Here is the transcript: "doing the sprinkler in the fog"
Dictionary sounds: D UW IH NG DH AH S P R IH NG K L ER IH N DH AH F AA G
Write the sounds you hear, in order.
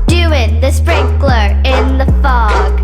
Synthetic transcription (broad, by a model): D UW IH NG DH AH S P R IH NG K L ER IH N DH AH F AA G